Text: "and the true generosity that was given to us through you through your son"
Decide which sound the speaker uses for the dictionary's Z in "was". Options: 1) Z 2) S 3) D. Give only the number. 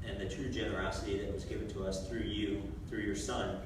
1